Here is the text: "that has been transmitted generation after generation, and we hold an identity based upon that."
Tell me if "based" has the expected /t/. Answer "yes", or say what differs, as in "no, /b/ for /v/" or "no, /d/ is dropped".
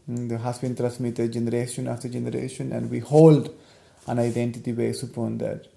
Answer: no, /t/ is dropped